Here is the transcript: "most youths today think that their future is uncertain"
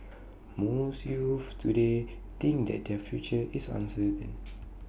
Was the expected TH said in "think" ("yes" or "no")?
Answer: no